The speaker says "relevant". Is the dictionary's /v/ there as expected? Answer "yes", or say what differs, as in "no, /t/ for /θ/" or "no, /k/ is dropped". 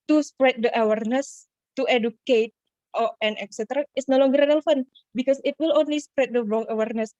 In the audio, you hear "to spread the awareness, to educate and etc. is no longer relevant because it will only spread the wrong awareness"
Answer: no, /f/ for /v/